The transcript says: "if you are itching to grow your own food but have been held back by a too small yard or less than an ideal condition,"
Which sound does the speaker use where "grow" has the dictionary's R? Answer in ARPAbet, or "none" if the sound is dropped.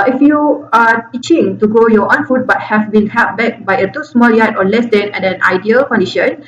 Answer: none